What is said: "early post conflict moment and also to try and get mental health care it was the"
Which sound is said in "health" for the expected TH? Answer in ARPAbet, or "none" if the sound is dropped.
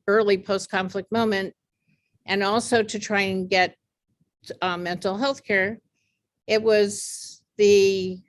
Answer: TH